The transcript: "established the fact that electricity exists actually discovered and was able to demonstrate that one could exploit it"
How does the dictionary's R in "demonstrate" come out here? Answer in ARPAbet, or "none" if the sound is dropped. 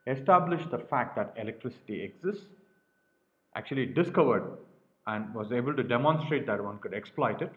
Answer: R